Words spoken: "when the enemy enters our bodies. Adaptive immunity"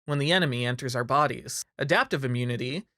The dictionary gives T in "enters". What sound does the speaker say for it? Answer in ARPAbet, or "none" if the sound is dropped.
T